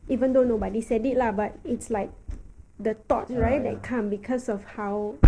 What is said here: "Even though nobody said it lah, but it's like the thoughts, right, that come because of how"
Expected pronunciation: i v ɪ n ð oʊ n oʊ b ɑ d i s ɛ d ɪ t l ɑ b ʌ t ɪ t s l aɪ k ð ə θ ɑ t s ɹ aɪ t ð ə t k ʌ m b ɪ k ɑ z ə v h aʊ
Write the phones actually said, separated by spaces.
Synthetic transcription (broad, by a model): i v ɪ n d oʊ n oʊ b ɑ d i s ɛ d ɪ t l ɑ b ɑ t ɪ t s l aɪ k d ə t ɑ t ɹ aɪ t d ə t k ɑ m b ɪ k ɑ s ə f h aʊ